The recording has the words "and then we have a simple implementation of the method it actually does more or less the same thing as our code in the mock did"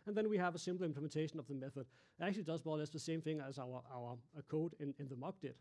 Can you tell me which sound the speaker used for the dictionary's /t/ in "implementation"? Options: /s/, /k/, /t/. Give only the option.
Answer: /t/